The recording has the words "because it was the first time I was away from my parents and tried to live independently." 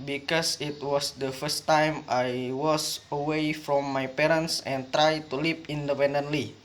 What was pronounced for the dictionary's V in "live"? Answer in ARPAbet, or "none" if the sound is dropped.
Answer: P